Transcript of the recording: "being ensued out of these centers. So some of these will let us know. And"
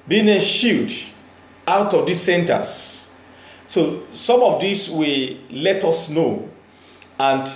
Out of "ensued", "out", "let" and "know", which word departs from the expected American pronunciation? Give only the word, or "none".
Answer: ensued